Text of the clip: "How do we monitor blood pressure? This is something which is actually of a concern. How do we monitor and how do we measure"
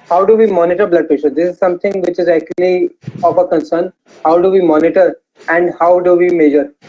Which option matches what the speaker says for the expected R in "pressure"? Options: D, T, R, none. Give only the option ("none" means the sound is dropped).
none